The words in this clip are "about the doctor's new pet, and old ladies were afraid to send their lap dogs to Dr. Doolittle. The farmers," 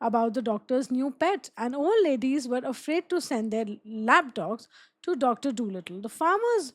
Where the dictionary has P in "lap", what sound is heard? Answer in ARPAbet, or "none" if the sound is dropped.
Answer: B